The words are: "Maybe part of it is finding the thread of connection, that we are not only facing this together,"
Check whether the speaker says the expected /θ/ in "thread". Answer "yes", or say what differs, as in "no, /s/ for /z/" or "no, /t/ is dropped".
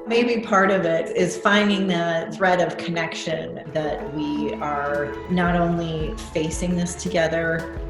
yes